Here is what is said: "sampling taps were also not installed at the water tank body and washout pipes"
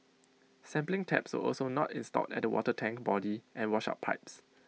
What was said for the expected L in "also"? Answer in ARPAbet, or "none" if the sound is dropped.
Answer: L